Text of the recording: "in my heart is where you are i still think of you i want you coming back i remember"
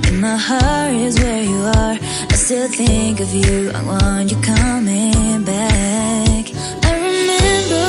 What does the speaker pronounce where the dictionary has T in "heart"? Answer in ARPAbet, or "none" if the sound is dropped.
none